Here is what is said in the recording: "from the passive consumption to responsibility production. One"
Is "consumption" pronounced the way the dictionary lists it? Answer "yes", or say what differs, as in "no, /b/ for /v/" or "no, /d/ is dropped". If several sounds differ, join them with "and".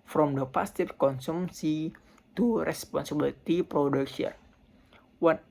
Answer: no, /s/ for /ʃ/